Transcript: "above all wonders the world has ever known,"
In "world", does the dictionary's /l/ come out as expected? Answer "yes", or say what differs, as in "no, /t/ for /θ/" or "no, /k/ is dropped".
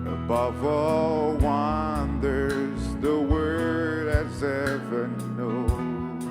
no, /l/ is dropped